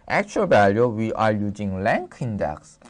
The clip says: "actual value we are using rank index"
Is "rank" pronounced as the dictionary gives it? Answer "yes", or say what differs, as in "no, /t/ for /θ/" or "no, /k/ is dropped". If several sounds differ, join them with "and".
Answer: no, /l/ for /ɹ/